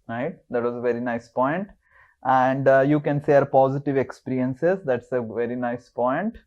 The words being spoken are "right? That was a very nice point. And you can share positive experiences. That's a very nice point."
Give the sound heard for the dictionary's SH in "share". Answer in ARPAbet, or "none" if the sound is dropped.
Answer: S